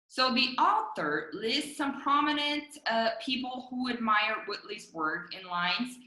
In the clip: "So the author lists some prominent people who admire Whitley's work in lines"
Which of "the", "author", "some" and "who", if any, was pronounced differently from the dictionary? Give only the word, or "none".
none